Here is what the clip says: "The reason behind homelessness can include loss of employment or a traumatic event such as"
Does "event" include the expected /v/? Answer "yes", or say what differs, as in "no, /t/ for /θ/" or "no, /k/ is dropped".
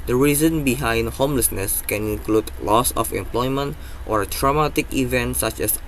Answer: yes